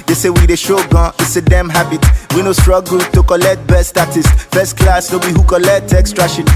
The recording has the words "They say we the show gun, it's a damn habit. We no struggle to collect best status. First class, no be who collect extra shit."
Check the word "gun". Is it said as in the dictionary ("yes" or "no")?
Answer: no